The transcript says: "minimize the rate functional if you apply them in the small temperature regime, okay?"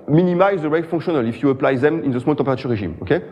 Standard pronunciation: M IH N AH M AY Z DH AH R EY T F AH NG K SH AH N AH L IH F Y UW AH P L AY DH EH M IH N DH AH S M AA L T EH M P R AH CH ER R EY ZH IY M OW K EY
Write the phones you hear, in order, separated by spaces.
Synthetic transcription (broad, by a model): M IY N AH M AY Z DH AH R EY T F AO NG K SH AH N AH L IH F Y UW AH P L AY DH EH M IH N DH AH S M AA L T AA P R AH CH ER R EY ZH IY M OW K EY